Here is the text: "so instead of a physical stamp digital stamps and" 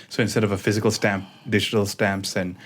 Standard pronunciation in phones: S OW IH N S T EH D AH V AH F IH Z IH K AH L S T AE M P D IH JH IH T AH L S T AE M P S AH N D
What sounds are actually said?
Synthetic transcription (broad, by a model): S OW IH N S T EH D AH V AH F IH Z IH K AH L S T AE M P D IH JH IH T AH L S T AE M P S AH N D